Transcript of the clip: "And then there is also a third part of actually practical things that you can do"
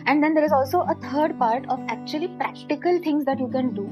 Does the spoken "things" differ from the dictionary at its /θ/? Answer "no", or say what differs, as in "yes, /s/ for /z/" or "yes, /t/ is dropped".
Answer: yes, /t/ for /θ/